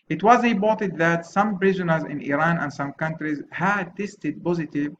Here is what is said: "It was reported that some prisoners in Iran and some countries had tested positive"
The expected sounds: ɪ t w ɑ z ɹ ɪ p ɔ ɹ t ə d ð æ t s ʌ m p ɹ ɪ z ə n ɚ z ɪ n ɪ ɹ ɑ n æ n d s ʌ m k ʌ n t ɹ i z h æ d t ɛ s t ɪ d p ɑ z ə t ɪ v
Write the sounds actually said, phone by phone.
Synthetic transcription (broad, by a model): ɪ t w ɑ z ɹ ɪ b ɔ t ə d ð æ t s ʌ m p ɹ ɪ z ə n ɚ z ɪ n ɪ ɹ ɑ n æ n d s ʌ m k ʌ n t ɹ i z h æ d t ɛ s t ɪ d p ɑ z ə t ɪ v